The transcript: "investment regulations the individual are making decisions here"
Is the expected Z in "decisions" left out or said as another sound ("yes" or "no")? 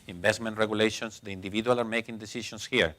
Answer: yes